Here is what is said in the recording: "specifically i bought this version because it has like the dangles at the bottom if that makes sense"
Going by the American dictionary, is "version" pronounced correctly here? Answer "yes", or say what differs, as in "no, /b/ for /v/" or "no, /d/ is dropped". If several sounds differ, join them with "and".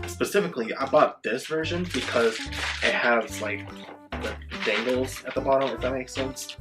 yes